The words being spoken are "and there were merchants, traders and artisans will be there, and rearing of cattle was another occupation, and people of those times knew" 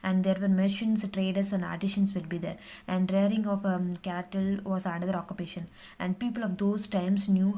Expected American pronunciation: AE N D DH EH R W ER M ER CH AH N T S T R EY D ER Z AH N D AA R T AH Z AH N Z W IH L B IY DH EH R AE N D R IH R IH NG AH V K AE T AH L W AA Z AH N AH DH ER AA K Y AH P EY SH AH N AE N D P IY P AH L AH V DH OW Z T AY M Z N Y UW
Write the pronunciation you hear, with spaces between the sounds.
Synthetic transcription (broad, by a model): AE N D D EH R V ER M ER SH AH N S T R EY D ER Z AH N D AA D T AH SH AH N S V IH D B IY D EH R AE N D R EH R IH NG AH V K AE T AH L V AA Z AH N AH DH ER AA K Y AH P EY SH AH N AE N D P IY P AH L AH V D OW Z T AY M S N Y UW